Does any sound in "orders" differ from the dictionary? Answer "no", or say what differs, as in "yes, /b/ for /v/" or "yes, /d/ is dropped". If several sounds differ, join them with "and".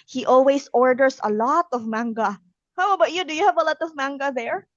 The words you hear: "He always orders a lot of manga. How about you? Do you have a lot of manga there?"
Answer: yes, /s/ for /z/